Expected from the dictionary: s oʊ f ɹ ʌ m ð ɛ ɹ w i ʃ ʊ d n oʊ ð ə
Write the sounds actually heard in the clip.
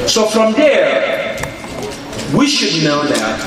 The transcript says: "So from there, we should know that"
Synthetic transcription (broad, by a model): s oʊ f ɹ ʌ m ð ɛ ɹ w i ʃ ʊ d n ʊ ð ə